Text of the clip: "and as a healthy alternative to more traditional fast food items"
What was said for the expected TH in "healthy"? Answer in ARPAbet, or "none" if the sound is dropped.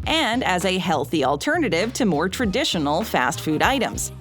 TH